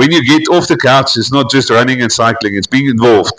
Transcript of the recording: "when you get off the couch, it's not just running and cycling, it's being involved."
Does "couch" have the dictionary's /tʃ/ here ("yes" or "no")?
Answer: yes